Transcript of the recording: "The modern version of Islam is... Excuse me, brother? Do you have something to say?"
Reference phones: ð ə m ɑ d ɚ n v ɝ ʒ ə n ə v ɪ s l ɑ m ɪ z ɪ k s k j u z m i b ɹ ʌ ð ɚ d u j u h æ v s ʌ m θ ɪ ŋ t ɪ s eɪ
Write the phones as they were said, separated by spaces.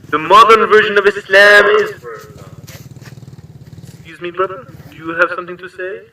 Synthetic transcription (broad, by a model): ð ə m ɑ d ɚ n v ɝ ʒ ə n ə v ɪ s l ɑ m ɪ z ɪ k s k j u z m i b ɹ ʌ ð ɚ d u j u h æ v s ʌ m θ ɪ ŋ t ɪ s eɪ